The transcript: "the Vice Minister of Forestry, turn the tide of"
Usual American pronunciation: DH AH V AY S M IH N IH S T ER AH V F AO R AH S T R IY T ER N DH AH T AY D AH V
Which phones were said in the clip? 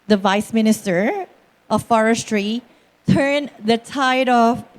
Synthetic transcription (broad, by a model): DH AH V AY S M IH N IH S T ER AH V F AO R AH S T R IY T ER N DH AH T AY D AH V